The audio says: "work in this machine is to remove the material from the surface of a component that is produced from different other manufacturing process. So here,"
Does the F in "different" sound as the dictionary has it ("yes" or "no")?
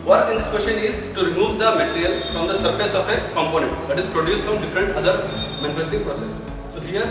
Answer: yes